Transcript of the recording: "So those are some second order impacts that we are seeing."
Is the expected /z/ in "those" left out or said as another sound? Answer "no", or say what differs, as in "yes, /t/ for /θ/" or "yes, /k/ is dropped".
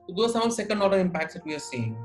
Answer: yes, /z/ is dropped